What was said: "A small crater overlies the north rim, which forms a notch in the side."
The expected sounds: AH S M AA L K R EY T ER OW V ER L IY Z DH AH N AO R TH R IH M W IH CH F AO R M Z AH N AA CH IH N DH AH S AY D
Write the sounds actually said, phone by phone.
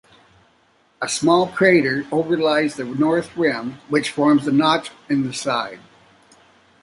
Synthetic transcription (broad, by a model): AH S M AA L K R EY T ER OW V ER L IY Z DH AH N AO R TH R IH M W IH CH F AO R M Z AH N AA CH IH N DH AH S AY D